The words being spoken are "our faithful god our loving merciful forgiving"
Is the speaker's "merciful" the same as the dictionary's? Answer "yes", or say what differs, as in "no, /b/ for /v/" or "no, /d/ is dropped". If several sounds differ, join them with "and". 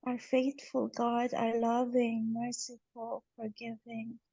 yes